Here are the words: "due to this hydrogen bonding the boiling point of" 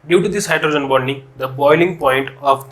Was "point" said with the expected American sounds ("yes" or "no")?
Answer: yes